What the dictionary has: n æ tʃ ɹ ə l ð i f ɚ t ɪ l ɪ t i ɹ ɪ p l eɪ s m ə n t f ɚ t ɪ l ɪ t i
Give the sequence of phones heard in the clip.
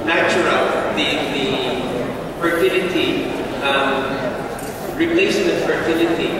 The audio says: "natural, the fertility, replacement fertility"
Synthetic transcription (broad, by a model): n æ tʃ ɹ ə l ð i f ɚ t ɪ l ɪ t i ɹ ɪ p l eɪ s ə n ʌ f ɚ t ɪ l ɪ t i